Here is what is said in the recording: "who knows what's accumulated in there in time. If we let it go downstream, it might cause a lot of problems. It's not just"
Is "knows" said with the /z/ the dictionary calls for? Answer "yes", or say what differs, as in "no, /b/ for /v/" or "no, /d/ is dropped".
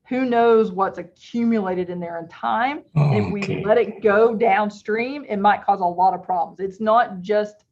yes